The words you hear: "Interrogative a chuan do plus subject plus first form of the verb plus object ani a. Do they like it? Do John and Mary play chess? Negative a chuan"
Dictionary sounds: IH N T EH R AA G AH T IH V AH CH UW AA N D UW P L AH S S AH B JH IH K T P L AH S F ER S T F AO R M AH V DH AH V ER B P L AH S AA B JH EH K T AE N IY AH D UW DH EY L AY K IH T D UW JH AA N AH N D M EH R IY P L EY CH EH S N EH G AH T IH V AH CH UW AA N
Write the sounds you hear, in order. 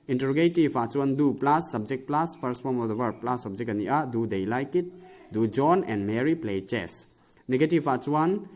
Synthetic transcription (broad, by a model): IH N T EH R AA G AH T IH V AH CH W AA N D UW P L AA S S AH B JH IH K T P L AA S P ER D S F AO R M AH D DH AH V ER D P L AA S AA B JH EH K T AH N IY AH D UW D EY L AY K IH T D UW JH AA N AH N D M EH R IY P L EY CH EH S N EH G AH T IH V AH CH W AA N